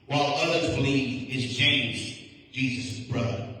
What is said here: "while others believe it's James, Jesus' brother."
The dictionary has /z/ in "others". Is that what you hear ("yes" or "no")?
yes